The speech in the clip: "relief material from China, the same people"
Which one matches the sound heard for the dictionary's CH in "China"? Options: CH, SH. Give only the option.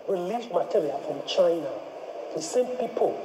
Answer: CH